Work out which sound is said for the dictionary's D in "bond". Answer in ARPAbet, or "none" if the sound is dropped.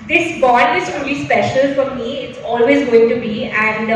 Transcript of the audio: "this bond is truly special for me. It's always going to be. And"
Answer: none